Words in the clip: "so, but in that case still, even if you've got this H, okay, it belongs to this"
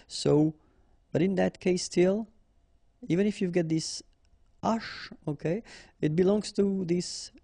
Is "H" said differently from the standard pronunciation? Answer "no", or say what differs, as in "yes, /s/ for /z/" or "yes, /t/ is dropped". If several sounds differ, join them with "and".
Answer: yes, /ʃ/ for /tʃ/